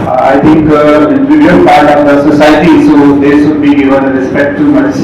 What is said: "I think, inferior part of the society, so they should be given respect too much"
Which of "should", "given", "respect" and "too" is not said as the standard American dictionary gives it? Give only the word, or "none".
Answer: should